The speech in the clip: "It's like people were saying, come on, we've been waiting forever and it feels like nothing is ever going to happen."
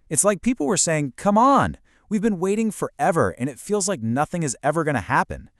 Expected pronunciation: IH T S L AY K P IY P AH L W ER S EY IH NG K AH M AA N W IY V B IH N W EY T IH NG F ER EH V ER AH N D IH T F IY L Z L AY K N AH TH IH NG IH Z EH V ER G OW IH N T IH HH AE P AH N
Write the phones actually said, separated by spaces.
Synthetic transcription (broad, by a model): IH T S L AY K P IY P L W ER S EY IH NG K AH M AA N W IY V B IH N W EY T IH NG F ER EH V ER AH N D IH T F IY L Z L AY K N AH TH IH NG IH Z EH V ER G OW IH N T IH HH AE P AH N